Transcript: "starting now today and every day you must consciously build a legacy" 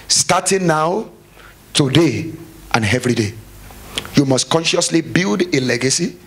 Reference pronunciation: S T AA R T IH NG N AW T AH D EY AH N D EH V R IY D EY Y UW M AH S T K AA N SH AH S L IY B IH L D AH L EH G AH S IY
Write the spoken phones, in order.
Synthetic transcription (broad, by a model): S T AA T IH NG N AW T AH D EY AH N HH EH V R IY D EY Y UW M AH S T K AA N SH AH S L IY B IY L D AH L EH G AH S IY